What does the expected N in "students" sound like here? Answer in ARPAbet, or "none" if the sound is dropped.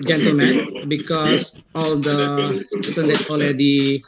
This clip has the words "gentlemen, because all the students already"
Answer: none